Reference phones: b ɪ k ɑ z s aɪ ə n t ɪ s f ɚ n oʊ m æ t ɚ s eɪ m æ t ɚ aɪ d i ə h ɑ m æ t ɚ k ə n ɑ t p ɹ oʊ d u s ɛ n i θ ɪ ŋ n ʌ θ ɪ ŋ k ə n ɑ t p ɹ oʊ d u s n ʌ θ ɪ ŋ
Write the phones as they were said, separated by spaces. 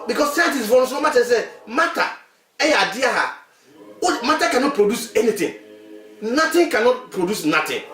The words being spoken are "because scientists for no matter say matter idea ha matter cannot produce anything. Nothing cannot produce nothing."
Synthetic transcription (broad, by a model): b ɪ k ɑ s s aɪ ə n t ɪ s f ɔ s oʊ m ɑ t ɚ s eɪ m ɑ t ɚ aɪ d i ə h ɑ m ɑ t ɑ k ə n ɑ t p ɹ oʊ d u s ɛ n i t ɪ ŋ n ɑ t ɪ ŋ k ə n ɑ t p ɹ oʊ d u s n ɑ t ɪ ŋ